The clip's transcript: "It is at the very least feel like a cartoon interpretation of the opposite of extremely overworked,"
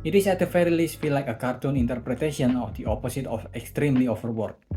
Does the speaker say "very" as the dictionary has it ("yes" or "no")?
no